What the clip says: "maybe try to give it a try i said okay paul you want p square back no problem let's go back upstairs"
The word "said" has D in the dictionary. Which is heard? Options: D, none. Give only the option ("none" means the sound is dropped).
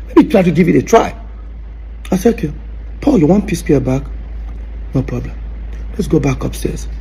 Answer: none